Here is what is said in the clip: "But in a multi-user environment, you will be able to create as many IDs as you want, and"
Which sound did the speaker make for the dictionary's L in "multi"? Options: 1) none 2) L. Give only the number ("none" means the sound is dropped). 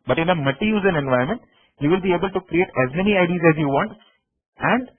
1